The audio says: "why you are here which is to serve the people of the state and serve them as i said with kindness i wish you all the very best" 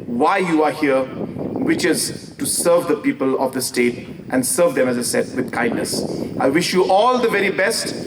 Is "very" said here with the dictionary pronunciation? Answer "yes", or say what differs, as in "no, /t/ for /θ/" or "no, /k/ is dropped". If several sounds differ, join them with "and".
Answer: yes